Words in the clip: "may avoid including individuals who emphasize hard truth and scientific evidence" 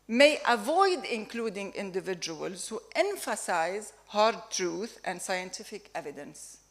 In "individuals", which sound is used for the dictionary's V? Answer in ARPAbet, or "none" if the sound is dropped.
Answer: V